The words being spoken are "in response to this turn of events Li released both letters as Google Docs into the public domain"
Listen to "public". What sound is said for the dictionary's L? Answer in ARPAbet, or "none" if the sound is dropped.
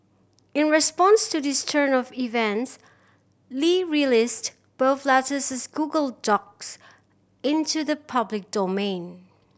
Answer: L